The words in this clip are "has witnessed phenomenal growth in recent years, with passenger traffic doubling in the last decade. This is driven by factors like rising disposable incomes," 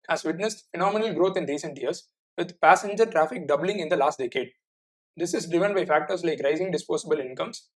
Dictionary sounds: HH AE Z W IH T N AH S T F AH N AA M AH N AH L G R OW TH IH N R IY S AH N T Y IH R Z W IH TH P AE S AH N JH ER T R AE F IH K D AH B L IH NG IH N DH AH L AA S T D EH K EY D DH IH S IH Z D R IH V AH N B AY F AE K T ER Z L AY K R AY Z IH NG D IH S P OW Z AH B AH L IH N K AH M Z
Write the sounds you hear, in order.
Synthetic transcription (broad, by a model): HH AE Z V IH T N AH S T F AH N AA M AH N AH L G R OW T IH N R IY S AH N T Y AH R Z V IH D P AE S AH N JH ER T R AE F IH K D AH B L IH NG IH N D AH L AA S T D EH K EY D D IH S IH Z D R IH V AH N B AY F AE K T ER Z L AY K R AY Z IH NG D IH S P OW S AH B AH L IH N K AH M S